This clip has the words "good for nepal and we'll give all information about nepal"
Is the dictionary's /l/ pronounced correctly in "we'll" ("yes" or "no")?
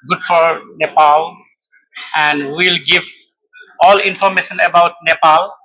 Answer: yes